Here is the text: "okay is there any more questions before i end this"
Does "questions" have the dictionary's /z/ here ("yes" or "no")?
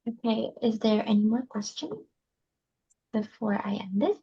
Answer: no